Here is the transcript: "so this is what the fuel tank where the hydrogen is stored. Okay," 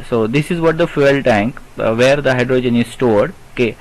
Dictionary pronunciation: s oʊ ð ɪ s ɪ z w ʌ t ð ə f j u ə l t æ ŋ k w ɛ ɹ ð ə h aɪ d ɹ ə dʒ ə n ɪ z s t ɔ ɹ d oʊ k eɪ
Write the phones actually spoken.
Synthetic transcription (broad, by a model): s oʊ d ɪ s ɪ z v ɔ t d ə f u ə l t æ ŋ k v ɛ ɹ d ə h aɪ d ɹ ə dʒ ə n ɪ z s t ɔ ɹ d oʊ k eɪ